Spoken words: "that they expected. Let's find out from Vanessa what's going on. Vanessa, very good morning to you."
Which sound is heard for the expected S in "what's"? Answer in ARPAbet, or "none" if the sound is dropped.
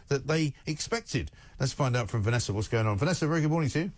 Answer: S